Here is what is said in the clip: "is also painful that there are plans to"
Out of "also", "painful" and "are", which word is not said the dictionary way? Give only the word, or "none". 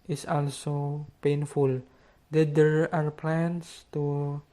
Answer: none